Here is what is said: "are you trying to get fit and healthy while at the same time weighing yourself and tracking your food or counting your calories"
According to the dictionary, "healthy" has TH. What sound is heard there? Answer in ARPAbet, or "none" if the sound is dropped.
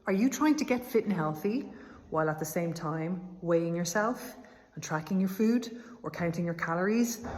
TH